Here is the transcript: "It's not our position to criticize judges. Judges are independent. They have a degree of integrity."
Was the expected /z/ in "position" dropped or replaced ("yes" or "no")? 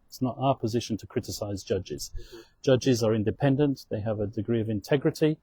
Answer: no